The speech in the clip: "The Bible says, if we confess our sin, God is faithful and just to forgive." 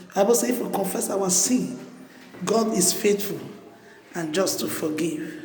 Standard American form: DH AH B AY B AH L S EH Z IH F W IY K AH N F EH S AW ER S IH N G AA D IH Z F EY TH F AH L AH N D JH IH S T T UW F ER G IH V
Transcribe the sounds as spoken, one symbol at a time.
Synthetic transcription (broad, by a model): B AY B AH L S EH IH F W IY K AH N F EH S AW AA S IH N G AA D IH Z F EY T F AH L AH N JH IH S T T UW F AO G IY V